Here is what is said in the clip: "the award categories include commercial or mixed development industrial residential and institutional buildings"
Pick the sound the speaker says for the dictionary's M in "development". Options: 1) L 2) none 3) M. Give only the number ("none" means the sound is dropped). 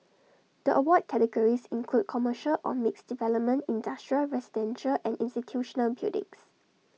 3